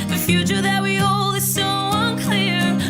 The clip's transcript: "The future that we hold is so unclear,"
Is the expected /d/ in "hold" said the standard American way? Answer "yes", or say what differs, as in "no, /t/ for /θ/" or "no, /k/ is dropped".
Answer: no, /d/ is dropped